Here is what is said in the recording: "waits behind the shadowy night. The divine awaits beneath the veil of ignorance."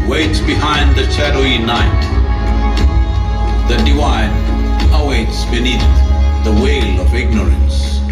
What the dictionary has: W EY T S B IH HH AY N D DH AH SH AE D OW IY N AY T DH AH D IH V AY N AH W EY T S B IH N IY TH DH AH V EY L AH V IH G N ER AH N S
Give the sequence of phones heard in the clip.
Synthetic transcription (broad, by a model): W EY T S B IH HH AY N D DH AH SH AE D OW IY N AY T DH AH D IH W AY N AH W EY T S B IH N IY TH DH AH W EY L AH V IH G N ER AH N S